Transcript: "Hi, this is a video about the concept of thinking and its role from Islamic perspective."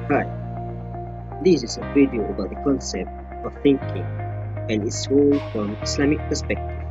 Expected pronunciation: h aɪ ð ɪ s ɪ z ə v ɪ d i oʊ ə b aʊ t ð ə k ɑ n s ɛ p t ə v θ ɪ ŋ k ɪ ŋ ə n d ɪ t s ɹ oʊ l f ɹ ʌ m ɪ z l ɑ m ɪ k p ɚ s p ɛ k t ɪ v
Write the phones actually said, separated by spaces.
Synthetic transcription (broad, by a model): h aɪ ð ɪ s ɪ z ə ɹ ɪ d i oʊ ə b aʊ t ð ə k ɑ n s ɛ p t ə v θ ɪ ŋ k ɪ ŋ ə n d ɪ t s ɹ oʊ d f ɹ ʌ m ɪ s l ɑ m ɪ k p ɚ s p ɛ k t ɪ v